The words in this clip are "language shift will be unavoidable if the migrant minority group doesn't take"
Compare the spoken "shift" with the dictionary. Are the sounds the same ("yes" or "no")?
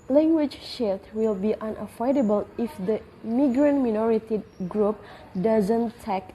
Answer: no